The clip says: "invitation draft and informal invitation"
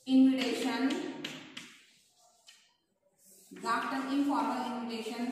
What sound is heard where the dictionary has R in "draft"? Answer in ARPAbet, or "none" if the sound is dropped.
none